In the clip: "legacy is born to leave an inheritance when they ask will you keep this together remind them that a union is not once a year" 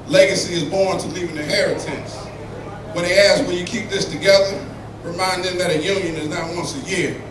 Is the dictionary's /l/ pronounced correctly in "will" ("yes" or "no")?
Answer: no